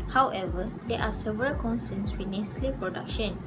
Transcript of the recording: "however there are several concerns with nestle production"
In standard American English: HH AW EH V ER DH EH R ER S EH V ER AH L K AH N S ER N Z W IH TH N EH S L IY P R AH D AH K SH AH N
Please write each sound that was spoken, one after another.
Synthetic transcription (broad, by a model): HH AW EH V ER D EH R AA S EH V ER AH L K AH N S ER N S W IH N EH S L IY P R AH D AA K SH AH N